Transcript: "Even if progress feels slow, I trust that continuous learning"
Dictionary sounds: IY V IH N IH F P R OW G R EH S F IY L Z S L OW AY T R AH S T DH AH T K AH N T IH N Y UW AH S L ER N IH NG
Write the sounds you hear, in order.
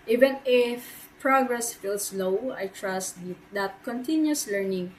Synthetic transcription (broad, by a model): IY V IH N IH F P R OW G R EH S F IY L S L OW AY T R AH S T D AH T K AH N T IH N Y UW S L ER N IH NG